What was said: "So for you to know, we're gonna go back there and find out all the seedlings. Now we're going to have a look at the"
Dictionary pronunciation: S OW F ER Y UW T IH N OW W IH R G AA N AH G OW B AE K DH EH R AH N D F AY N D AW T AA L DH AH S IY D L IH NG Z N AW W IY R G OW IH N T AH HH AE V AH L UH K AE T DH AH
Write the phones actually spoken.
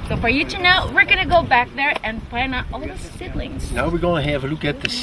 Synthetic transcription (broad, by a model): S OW F ER Y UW T IH N OW W IH R G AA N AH G OW B AE K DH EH R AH N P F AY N AW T AA L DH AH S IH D L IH NG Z N AW W IY R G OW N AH HH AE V AH L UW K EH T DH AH